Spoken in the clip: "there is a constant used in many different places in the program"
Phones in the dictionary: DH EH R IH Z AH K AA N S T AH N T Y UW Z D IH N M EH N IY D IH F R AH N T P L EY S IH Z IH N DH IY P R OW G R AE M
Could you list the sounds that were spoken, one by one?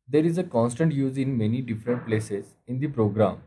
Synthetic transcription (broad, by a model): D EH R IH Z AH K AA N S T AH N T Y UW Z IH N M EH N IY D IH F R AH N T P L EY S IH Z IH N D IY P R OW G R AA M